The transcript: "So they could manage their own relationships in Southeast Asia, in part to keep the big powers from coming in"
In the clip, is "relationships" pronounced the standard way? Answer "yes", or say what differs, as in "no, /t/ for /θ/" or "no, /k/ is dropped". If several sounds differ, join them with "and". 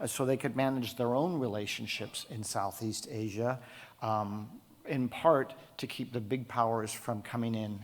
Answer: yes